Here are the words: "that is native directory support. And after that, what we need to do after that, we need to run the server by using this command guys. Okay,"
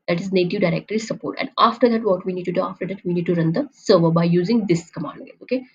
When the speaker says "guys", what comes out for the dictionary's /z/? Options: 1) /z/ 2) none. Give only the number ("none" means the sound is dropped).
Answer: 2